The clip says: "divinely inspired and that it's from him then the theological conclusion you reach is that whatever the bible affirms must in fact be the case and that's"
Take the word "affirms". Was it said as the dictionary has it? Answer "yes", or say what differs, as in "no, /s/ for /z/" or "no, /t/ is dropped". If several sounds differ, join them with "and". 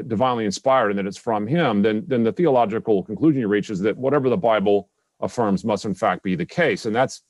yes